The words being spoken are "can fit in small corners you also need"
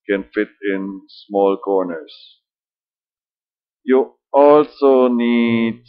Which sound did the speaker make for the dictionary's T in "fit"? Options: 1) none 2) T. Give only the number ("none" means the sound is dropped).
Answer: 2